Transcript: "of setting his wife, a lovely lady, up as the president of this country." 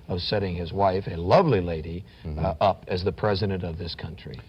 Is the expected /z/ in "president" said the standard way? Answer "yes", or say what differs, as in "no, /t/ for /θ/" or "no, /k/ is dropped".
yes